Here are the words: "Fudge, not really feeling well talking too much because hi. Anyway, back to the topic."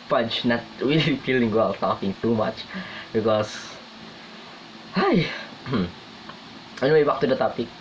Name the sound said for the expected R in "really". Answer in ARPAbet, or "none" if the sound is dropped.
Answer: W